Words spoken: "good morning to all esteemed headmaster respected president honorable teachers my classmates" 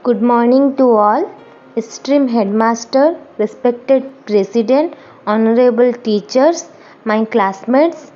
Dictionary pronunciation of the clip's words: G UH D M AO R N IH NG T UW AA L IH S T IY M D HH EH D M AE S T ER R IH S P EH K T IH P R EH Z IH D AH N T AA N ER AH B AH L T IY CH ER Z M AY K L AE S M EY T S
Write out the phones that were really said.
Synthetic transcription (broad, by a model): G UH D M AO R N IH NG T UW AA L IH S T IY M HH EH D M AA S T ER R IH S P EH K T IH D R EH S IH D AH N T AA N ER AH B AH L T IY CH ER S M AY K L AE S M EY T S